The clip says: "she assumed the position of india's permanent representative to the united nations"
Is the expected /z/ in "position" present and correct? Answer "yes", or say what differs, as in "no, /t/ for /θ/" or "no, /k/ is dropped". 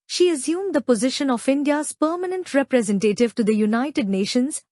yes